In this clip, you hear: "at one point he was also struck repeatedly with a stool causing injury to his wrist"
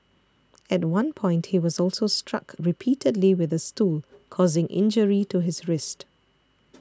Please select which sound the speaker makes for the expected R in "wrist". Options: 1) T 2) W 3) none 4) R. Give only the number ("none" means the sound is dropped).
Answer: 4